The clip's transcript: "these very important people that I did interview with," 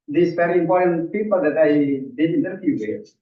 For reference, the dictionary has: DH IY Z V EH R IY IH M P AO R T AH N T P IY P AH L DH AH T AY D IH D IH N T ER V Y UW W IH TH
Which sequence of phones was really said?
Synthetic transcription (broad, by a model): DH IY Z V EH R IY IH M P AO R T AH N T P IY P AH L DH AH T AY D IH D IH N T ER F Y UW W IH